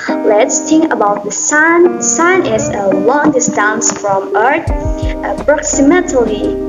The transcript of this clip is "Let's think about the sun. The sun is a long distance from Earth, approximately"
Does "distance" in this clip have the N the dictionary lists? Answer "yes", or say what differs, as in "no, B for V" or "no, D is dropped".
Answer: yes